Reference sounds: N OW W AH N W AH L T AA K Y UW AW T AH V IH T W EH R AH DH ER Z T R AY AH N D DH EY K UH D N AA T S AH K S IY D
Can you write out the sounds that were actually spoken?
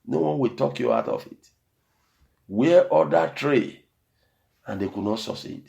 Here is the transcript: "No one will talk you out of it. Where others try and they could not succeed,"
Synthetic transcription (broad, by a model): N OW W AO N W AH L T AA K Y UW AW T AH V IH T W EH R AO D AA T R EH AH N D EY K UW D N AA T S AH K S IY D